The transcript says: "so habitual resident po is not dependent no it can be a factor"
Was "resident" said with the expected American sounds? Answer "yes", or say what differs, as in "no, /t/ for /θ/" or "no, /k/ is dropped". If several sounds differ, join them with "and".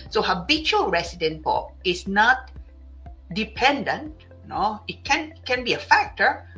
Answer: no, /s/ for /z/